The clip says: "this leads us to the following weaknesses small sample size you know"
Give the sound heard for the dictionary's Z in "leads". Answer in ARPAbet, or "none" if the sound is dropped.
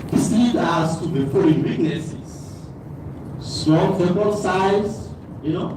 none